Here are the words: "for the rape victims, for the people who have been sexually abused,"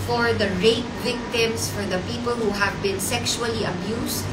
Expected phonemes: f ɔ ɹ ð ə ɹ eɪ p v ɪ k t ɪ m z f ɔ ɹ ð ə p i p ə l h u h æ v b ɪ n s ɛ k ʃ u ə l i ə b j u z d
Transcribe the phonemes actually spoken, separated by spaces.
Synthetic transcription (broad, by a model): f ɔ ɹ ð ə ɹ eɪ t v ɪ k t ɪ m s f ɔ ɹ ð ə p i p ə l h u h æ v b ɪ n s ɛ k ʃ u ə l i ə b j u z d